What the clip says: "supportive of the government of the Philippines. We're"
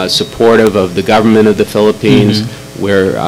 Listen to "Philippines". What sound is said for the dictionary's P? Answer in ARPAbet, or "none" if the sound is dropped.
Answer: P